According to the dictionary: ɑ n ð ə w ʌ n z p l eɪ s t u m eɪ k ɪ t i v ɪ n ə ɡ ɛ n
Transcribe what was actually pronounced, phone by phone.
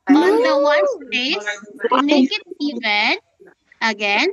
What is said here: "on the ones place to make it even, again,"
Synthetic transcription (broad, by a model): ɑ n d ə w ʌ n p eɪ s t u m eɪ k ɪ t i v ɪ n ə ɡ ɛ n